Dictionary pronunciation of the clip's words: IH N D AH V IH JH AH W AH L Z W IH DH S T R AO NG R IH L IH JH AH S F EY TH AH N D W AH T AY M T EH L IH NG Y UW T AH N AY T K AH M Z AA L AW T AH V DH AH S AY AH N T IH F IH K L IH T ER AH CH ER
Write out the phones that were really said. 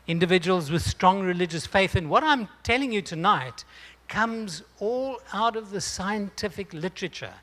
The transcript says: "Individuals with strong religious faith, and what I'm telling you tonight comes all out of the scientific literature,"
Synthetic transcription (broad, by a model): IH N D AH V IH JH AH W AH L Z W IH DH S T R AO NG R IH L IH JH AH S F EY TH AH N W AH T AY M T EH L IH NG Y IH T AH N AY T K AH M Z AA L AW T AH V DH AH S AY AH N T IH F IH K L IH T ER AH CH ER